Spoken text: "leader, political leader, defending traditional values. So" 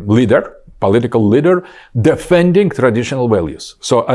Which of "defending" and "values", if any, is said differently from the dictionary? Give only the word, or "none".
values